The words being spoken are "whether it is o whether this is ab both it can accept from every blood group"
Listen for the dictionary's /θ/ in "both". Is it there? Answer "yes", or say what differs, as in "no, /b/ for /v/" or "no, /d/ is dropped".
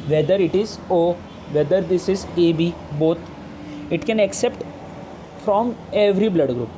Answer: no, /t/ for /θ/